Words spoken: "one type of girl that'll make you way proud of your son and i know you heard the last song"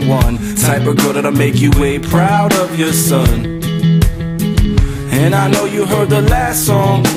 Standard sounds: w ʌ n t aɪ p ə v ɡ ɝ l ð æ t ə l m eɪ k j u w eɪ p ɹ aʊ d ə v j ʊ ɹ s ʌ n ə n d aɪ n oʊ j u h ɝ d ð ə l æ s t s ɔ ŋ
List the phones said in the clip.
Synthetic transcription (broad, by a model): w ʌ n s aɪ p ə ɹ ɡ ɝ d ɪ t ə m eɪ k j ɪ w eɪ p ɹ aʊ d ə v j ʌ ɹ s ʌ n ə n aɪ n oʊ j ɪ h ɝ d ð ə l æ s t s ɔ ŋ